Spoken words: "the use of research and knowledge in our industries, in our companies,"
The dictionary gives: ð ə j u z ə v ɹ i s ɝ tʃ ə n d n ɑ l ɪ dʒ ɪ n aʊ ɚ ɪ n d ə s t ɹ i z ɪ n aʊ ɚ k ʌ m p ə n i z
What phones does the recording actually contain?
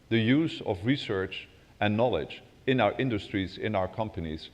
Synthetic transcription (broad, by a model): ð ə j u z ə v ɹ i s ɝ tʃ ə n n ɑ l ɪ dʒ ɪ n aʊ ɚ ɪ n d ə s t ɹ i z ɪ n aʊ ɚ k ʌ m p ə n i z